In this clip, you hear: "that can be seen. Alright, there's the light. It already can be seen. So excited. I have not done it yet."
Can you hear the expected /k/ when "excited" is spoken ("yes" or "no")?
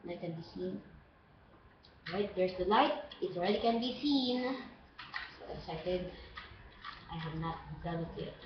no